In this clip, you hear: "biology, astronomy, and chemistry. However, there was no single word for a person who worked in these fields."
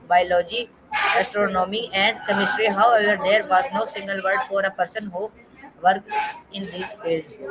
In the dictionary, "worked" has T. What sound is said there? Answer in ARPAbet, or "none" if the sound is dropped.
none